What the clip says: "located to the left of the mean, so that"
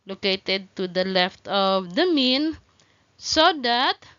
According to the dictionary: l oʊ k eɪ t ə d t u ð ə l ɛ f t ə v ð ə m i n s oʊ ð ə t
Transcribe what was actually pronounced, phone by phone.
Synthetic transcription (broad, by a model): l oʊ k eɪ t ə d t u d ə l ɛ f t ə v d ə m i n s oʊ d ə t